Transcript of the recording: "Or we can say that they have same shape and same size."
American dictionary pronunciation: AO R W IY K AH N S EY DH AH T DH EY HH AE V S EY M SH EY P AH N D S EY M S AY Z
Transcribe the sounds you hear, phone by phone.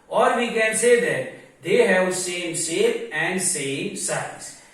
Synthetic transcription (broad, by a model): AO R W IY K AH N S EY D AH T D EY HH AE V S EY M S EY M AH N D S EY M S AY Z